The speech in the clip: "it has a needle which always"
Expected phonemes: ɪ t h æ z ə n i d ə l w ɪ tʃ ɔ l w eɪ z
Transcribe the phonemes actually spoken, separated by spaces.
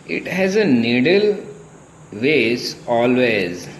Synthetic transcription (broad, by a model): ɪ t h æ z ə n i d ə l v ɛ s ɔ l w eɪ z